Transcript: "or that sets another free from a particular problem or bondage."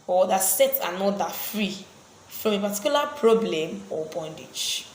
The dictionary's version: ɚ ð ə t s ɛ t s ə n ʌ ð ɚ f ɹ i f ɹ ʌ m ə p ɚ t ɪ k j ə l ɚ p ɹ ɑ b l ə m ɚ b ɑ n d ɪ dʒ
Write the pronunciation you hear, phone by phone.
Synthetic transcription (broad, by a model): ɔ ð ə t s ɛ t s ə n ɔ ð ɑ f ɹ i f ɹ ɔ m ə p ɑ t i k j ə l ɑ p ɹ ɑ b l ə m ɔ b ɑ n d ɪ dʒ